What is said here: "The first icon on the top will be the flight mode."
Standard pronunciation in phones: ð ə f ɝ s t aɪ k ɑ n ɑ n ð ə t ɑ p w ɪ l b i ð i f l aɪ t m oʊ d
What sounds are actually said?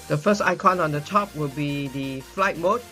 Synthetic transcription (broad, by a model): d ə f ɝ s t aɪ k ɑ n ɑ n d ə t ɑ p w ɪ l b i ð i f l aɪ t m oʊ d